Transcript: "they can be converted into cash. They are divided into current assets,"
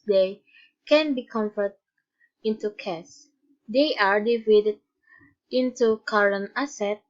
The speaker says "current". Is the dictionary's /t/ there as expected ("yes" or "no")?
no